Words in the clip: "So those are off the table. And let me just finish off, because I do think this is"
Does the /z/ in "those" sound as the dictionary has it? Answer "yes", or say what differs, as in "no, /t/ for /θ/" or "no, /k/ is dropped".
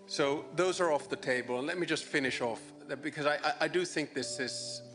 yes